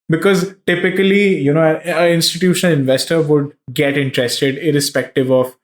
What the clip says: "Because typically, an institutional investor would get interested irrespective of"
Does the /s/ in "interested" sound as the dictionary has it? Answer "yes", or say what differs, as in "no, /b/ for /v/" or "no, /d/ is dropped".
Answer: yes